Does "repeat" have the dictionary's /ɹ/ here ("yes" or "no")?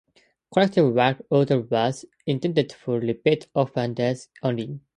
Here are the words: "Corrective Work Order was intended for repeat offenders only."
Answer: no